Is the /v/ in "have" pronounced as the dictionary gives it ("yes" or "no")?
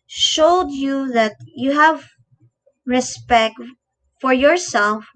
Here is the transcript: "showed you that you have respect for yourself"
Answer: yes